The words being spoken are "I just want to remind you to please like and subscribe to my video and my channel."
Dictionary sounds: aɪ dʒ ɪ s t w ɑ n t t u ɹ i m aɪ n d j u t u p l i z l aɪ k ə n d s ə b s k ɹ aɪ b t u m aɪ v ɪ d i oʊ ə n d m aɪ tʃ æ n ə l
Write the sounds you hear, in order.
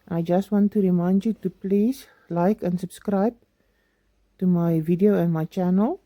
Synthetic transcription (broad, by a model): aɪ dʒ ɪ s t w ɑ n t t u ɹ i m aɪ n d j u t u p l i s l aɪ k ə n s ə b s k ɹ aɪ b t u m aɪ v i d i oʊ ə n m aɪ tʃ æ n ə l